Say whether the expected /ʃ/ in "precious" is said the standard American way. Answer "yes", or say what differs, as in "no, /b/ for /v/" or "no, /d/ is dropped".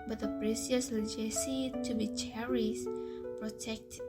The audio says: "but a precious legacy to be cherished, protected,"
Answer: no, /s/ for /ʃ/